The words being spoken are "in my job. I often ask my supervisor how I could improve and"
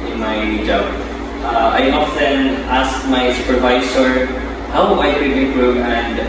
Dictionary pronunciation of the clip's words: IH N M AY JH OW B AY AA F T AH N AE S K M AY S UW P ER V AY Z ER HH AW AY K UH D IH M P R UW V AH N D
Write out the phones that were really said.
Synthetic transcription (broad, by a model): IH N M AY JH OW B AY AA F T AH N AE S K M AY S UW P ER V AY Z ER HH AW AY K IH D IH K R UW AH N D